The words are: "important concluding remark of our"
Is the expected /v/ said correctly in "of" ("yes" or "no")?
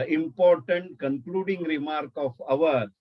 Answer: yes